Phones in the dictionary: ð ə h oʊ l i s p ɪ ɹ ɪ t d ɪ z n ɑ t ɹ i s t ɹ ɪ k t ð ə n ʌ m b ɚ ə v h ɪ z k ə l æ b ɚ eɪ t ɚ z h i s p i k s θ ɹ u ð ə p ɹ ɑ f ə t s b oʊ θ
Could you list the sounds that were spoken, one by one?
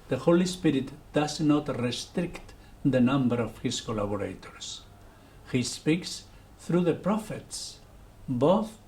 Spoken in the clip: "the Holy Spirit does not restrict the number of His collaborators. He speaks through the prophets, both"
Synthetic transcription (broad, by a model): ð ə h oʊ l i s p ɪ ɹ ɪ t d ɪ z n ɑ t ɹ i s t ɹ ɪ k t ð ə n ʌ m b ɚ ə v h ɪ s k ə l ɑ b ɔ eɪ t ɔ s h i s p i k s θ ɹ u ð ə p ɹ ɑ f ə t s b oʊ θ